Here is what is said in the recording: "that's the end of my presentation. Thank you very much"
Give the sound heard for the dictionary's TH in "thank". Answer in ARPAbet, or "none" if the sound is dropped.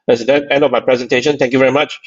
T